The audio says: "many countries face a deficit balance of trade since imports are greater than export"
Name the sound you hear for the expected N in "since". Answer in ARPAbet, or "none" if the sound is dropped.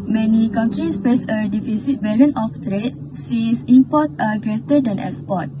none